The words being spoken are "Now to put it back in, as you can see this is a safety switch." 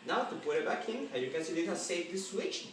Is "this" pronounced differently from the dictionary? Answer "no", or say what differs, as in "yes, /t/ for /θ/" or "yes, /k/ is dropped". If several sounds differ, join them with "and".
yes, /s/ is dropped